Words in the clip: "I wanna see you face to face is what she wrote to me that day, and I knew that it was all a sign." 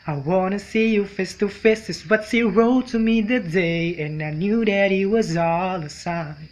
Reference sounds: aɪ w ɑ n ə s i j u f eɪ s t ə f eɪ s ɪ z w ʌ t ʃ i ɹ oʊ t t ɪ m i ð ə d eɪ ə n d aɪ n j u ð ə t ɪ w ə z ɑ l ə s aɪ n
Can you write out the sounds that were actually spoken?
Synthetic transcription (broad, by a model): aɪ w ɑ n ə s i j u f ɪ s t ə f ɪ s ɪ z w ʌ t s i ɹ oʊ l t ɪ m i ð ə d eɪ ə n aɪ n j u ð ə t ɪ w ə z ɑ l ə s aɪ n